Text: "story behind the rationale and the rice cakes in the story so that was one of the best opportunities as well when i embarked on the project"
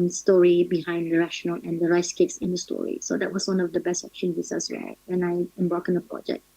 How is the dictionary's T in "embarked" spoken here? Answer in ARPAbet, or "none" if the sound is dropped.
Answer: none